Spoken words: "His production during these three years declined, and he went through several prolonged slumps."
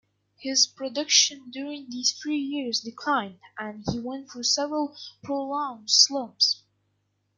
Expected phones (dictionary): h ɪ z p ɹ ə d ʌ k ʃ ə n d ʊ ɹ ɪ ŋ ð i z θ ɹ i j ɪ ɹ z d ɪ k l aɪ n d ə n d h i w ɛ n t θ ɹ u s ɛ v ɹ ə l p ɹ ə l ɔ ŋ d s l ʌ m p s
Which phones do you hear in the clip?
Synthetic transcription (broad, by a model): h ɪ z p ɹ ə d ʌ k ʃ ə n d ʊ ɹ ɪ ŋ ð i z θ ɹ i j ɪ ɹ z d ɪ k l aɪ n d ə n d h i w ɛ n t f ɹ s ɛ v ɹ ə l p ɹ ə l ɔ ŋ s l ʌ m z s